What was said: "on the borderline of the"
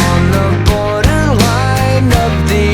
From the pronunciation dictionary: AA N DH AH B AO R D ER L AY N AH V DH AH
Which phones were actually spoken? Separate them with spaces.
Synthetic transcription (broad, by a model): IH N DH AH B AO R D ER L AY N AH P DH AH